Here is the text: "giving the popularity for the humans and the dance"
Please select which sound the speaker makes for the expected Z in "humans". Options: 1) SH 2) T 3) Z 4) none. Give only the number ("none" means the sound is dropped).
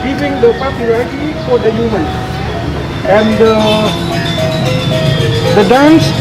4